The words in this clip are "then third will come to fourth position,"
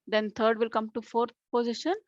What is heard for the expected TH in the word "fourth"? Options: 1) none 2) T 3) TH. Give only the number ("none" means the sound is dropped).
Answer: 2